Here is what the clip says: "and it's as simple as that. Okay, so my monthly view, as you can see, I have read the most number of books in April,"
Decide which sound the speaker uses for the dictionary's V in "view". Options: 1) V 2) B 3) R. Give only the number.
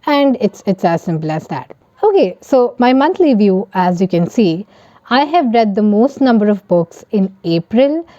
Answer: 1